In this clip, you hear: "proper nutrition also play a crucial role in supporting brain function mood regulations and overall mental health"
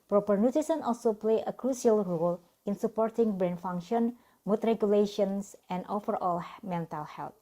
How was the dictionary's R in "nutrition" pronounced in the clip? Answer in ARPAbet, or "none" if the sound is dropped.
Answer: none